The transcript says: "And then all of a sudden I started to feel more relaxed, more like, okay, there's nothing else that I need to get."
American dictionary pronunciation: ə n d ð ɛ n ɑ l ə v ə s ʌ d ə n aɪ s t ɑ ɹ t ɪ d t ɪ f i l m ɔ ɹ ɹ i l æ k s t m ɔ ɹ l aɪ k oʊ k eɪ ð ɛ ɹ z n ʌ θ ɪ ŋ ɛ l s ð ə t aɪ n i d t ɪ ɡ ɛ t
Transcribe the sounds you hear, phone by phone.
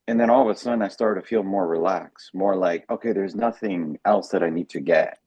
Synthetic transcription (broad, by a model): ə n ð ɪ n ɑ l ə v ə s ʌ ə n aɪ s t ɑ ɹ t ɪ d t ɪ f i l m ɔ ɹ ɹ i l æ k s m ɔ ɹ l aɪ k oʊ k eɪ ð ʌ ɹ z n ʌ θ ɪ ŋ ɛ l s ð ə t aɪ n i d t ɪ ɡ ɛ t